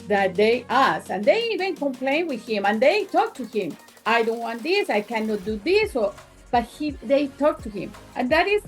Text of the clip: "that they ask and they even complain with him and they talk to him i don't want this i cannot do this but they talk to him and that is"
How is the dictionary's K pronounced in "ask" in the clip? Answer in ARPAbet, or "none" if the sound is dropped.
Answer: none